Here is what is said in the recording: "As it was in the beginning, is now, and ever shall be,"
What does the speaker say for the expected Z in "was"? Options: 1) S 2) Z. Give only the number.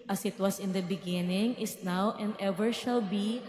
1